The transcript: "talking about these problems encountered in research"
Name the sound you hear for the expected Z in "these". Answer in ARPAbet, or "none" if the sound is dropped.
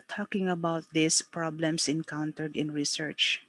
S